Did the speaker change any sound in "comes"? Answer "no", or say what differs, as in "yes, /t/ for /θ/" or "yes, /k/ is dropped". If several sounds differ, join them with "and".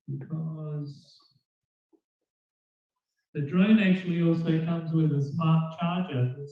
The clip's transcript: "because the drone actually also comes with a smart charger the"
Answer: no